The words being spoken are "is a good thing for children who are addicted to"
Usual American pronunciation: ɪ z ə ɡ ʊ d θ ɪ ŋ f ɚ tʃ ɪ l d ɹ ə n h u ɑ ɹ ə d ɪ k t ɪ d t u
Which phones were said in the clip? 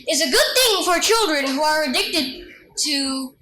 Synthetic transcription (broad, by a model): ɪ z ə ɡ ʊ d θ ɪ ŋ f ɚ tʃ ɪ l d ɹ ə n h u ɑ ɹ ə d ɪ k t ɪ d t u